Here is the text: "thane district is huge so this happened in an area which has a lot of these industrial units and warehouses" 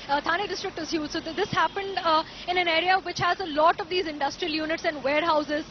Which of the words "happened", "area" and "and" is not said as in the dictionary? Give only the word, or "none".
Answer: none